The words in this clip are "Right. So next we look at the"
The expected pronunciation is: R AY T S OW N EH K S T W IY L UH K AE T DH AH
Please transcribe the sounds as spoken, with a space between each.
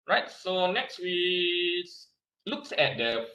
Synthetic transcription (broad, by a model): R AY T S OW N EH K S T W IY L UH K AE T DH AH